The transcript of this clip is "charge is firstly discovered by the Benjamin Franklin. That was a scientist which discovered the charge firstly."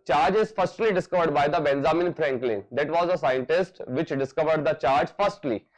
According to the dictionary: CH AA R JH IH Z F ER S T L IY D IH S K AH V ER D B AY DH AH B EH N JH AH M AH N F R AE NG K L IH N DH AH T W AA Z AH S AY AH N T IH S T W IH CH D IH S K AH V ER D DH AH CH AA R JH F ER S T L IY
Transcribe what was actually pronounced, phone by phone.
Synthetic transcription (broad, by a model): CH AA R JH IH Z F ER S T L IY D IH S K AH V ER D B AY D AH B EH N Z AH M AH N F R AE NG K L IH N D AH T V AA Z AH S AY AH N T IH S T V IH CH D IH S K AH V ER D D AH CH AA R JH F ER S T L IY